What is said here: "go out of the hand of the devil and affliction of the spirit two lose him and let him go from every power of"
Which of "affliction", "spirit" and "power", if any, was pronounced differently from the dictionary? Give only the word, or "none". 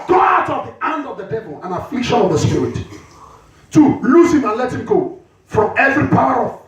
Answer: none